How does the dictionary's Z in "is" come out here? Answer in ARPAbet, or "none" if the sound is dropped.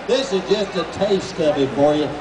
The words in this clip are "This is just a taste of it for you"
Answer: Z